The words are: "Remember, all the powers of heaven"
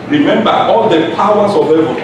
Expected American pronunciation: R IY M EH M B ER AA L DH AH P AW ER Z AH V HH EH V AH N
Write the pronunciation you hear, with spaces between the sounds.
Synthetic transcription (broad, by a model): R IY M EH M B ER AA L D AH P AW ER S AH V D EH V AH